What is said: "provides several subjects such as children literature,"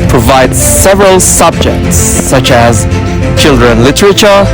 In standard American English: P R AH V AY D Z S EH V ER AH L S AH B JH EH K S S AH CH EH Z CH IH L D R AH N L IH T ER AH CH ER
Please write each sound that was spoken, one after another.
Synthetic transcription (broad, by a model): P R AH V AY D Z S EH V ER AH L S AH B JH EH K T S AH CH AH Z CH IH L D R AH N L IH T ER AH CH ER